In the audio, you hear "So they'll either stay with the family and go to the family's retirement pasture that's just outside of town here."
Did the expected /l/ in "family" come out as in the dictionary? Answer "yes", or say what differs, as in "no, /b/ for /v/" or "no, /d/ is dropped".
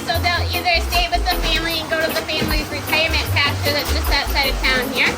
yes